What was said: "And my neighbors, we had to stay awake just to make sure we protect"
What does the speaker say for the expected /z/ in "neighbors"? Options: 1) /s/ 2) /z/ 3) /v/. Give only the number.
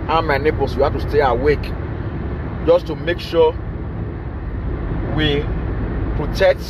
1